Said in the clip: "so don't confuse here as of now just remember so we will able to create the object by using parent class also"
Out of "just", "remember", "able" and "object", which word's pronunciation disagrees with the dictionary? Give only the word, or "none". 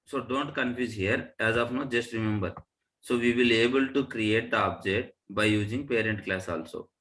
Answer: object